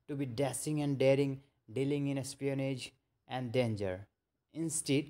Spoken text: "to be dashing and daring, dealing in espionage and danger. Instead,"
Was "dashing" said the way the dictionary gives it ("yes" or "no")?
no